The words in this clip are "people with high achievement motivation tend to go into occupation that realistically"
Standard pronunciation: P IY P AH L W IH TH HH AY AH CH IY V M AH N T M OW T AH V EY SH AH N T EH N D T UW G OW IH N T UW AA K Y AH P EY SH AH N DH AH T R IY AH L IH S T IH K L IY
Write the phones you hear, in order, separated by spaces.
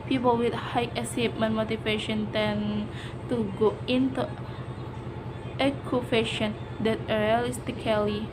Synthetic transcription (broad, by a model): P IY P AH L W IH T HH AY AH S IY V M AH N M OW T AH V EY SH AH N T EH N T UW G OW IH N T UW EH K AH F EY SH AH N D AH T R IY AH L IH S T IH K L IY